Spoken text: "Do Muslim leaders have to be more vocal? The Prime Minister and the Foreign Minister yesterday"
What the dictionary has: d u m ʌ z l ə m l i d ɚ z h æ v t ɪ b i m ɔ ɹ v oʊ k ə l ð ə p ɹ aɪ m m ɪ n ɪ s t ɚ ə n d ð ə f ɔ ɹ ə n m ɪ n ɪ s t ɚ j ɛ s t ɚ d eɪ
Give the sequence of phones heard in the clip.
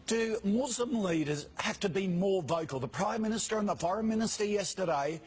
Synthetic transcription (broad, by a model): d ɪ m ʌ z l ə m l i d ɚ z h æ f t ɪ b i m ɔ ɹ v oʊ k ə l ð ə p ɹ aɪ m m ɪ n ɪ s t ɚ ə n ð ə f ɔ ɹ ə n m ɪ n ɪ s t ɚ j ɛ s t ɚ d eɪ